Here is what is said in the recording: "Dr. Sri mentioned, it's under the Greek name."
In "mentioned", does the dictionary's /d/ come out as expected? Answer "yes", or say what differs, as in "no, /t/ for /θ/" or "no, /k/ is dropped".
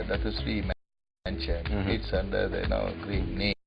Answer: no, /d/ is dropped